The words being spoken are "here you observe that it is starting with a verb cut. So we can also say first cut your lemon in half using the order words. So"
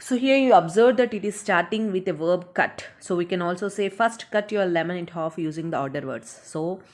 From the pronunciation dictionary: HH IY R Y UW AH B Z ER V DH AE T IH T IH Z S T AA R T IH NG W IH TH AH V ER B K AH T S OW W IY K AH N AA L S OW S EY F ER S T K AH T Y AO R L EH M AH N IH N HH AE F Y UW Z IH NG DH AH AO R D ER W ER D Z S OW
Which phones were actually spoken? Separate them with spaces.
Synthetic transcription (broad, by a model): HH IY R Y UW AH B Z ER V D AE T IH T IH Z S T AA R T IH NG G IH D AH V ER B K AH T S OW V IY K AH N AA L S OW S EY F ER S T K AH T Y AO R L EH M AH N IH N HH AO F Y UW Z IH NG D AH AO R D ER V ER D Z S OW